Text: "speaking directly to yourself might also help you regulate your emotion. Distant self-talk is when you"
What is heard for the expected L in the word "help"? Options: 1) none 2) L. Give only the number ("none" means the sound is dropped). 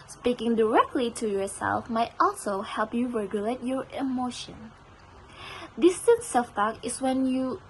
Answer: 2